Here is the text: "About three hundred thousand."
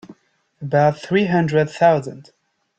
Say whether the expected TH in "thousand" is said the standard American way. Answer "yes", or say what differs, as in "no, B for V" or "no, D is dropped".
yes